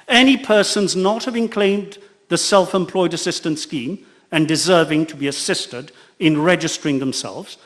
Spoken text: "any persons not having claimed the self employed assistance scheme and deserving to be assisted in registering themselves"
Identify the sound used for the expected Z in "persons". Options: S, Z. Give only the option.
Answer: Z